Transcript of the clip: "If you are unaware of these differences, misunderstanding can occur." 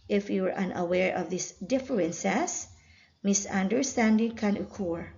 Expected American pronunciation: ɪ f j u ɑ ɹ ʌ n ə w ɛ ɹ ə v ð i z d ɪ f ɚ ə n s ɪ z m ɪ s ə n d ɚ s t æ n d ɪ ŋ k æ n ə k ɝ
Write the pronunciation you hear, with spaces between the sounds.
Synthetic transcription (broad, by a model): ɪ f j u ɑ ɹ ʌ n ə w ɛ ɹ ə v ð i s d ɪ f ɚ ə n s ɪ s m ɪ s ə n d ɚ s t æ n d ɪ ŋ k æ n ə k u